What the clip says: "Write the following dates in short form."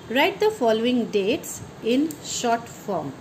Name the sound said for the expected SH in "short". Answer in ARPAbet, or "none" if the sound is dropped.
SH